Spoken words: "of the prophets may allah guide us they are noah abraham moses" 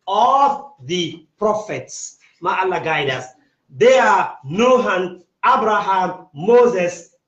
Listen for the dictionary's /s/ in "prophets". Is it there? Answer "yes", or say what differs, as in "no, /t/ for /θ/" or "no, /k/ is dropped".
yes